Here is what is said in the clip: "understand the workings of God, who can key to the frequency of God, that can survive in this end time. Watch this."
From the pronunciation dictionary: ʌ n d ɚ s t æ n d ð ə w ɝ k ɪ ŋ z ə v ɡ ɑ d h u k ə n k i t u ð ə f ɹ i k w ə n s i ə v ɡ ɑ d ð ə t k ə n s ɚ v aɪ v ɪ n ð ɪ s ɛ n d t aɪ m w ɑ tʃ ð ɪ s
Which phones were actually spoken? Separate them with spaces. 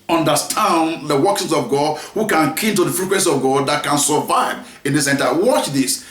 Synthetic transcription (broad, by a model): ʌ n d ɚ s t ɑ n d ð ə w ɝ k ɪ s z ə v ɡ ɑ d h u k ə n k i t u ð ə f ɹ i k w ə n s i ə v ɡ ɑ d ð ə t k ə n s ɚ v aɪ v ɪ n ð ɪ s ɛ n t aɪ w ɑ tʃ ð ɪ s